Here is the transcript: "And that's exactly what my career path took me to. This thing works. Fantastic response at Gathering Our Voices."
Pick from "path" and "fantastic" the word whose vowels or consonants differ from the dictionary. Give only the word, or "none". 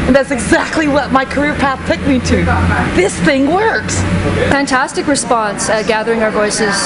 none